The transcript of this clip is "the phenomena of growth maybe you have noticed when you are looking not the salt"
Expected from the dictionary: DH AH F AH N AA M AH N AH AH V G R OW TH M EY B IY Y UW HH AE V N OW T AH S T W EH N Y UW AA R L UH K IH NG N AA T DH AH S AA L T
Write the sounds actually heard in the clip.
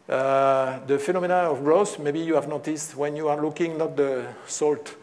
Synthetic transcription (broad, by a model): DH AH F AH N AA M AH N AH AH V G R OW S M EY B IY Y UW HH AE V N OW T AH S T W EH N Y UW AA R L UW K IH NG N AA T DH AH S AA L T